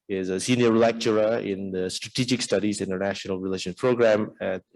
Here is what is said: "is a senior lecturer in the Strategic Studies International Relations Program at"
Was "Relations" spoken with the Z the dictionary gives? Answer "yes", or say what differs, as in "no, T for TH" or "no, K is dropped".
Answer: no, Z is dropped